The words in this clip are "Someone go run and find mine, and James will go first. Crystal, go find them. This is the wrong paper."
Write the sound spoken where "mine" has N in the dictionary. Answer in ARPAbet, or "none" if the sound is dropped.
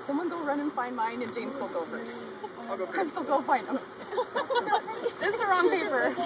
N